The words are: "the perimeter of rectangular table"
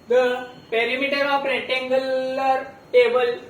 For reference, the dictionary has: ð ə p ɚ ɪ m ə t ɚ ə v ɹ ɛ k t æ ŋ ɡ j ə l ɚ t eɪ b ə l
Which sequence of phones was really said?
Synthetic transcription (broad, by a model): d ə p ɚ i m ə t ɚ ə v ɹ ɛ t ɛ ŋ ɡ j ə l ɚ t eɪ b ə l